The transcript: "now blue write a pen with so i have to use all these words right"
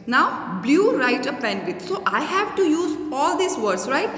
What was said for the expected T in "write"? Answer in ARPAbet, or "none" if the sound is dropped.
T